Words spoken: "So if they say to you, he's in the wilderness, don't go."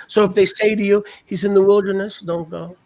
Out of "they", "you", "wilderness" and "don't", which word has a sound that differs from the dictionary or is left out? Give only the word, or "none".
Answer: none